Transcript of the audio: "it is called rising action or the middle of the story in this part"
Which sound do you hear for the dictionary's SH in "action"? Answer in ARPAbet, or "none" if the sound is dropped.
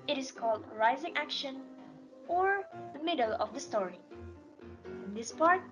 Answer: SH